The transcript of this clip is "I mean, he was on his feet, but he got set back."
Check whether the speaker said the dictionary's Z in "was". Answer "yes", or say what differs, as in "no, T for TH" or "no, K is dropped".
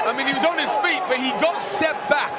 yes